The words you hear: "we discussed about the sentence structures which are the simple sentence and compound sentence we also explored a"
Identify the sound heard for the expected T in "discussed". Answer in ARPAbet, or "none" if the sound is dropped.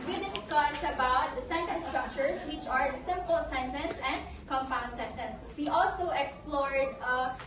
none